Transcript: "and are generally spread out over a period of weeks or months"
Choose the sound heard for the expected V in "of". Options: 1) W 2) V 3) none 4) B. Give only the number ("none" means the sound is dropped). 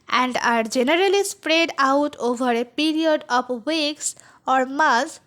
4